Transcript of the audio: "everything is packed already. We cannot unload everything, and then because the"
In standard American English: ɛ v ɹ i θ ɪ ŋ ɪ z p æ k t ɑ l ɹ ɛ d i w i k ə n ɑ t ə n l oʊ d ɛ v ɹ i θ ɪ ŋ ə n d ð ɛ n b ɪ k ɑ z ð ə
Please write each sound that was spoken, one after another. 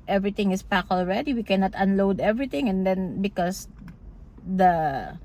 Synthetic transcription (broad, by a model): ɛ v ɹ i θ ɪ ŋ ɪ s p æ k ɑ l ɹ ɛ d i w i k ə n ɑ t ə n l oʊ d ɛ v ɹ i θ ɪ ŋ ə n d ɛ n b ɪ k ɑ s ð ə